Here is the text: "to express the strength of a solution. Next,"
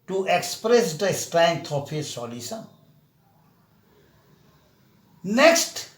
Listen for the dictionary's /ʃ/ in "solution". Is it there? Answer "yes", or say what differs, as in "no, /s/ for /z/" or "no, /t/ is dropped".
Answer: no, /s/ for /ʃ/